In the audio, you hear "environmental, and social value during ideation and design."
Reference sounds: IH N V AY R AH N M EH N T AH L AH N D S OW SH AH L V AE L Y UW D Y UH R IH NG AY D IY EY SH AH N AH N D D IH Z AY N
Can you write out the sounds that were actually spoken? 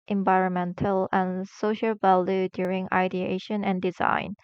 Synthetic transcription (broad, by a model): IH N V AY R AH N M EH N T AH L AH N S OW SH AH L V AE L Y UW D Y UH R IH NG AY D IY EY SH AH N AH N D D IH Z AY N